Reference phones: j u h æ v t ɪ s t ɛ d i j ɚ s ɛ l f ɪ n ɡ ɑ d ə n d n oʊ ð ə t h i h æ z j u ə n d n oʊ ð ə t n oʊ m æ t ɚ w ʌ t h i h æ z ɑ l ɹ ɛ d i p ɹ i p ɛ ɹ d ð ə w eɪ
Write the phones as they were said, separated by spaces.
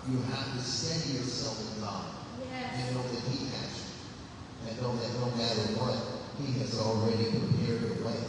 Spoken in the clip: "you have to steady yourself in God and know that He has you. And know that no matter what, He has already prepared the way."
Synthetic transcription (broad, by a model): j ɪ h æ f t ɪ s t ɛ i j ɚ s ɛ l f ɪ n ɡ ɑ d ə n n oʊ ð ə t h i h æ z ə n n oʊ ð ə t n oʊ m æ t ɚ w ʌ t h i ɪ z l ɹ ɛ d i p ɹ i p ɛ ɹ d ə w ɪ